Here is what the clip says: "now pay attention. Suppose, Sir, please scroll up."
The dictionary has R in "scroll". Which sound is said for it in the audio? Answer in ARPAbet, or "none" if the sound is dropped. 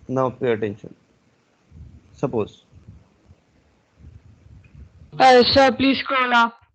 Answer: none